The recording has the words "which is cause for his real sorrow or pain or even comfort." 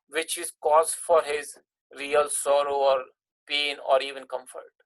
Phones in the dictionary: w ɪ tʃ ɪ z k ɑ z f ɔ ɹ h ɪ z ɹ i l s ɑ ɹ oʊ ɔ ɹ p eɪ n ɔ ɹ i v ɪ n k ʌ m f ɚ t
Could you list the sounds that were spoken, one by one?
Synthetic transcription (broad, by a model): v ɪ tʃ ɪ z k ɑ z f ɔ ɹ h ɪ z ɹ i l s ɑ ɹ oʊ ɔ ɹ p eɪ n ɔ ɹ i v ɪ n k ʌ m f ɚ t